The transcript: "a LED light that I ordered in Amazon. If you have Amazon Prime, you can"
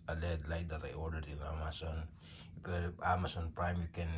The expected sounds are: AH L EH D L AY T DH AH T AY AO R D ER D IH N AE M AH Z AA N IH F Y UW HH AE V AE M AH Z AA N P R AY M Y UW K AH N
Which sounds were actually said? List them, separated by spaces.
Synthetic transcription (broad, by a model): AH L EH D L AY T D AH T AY AO R D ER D IH N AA M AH S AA N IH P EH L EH P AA M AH S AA N P R AY M Y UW K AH N